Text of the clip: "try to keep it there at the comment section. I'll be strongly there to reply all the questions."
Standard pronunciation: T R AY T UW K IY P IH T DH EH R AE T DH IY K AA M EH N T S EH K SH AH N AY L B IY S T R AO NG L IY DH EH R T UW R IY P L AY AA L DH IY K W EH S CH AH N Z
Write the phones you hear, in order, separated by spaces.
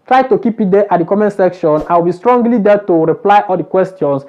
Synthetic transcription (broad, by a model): T R AY T UW K IY P IH T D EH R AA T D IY K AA M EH N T S EH K SH AH N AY W B IY S T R AO NG L IY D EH T UW R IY P L AY AA L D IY K W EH S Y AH N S